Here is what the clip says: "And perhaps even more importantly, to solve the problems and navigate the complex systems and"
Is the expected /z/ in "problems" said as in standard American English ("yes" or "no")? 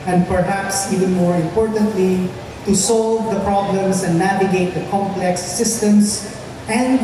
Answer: no